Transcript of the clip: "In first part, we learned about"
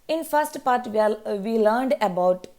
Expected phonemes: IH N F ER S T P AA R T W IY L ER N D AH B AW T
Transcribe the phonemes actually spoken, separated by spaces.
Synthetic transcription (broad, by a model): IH N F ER S T P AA R T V IY L ER N D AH B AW T